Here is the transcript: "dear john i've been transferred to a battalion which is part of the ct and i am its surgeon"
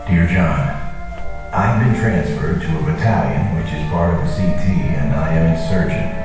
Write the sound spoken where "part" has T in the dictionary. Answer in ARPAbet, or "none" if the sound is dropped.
none